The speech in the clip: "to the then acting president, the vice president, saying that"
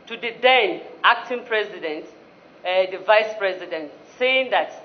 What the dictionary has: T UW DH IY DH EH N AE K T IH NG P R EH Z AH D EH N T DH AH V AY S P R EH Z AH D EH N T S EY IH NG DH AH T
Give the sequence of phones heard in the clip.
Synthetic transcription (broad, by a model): T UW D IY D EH N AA K T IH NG P R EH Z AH D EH N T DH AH V AY S P R EH Z AH D EH N T S EY IH NG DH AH T